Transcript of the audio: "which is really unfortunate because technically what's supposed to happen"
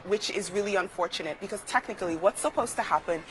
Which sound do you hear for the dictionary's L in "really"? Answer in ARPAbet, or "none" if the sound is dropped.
L